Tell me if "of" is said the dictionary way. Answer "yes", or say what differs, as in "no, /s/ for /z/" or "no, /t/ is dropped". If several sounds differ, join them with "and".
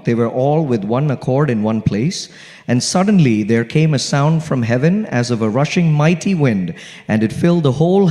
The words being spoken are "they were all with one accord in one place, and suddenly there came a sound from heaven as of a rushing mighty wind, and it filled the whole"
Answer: yes